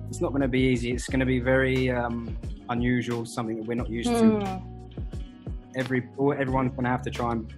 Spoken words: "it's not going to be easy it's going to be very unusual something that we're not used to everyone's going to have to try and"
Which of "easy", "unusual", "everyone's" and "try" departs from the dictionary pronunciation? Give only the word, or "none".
none